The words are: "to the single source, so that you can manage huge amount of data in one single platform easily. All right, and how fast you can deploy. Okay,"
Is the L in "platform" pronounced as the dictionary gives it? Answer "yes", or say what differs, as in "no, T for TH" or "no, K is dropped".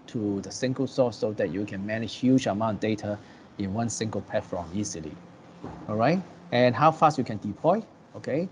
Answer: no, L is dropped